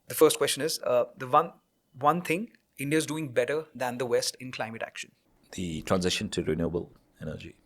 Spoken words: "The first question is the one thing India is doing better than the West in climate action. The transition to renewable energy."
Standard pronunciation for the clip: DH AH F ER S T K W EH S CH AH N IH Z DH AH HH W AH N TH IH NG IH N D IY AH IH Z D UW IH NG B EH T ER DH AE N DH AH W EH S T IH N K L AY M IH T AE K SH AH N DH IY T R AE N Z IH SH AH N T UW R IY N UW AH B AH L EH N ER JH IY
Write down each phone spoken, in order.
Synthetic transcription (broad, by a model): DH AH F ER S T K W EH S CH AH N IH Z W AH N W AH N T IH NG IH N D IY AH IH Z D UW IH NG B EH T ER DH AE N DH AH W EH S T IH N K L AY M IH T AE K SH AH N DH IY T R AE N Z IH SH AH N T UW R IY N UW B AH L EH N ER JH IY